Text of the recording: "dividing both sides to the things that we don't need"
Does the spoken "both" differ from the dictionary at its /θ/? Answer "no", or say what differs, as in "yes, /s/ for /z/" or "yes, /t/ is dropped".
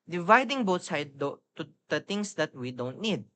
yes, /t/ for /θ/